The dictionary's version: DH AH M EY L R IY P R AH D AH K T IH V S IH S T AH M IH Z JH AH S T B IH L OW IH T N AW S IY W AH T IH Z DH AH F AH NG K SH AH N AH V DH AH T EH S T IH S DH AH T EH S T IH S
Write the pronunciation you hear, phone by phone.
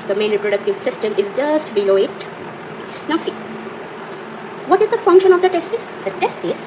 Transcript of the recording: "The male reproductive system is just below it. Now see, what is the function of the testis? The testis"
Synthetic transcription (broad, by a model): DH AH M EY N R IY P R AH D AH K T IH V S IH S T AH M IH Z JH AH S T B IH L OW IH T N AW S IY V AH T IH Z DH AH F AH NG K SH AH N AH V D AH T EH S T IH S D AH T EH S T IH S